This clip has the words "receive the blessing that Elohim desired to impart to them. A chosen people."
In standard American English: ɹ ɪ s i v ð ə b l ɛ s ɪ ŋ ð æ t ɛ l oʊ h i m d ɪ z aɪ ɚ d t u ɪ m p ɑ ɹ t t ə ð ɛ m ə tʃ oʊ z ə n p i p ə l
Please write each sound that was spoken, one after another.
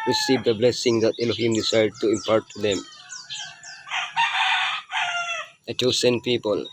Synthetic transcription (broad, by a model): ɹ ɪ s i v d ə b l ɛ s ɪ ŋ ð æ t ɛ l oʊ h i m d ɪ s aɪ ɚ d t u ɪ m p ɑ ɹ t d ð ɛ m ə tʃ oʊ s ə n p i p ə l